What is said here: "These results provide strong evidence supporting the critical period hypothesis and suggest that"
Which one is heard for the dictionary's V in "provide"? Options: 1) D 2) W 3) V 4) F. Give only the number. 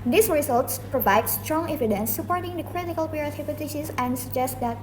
3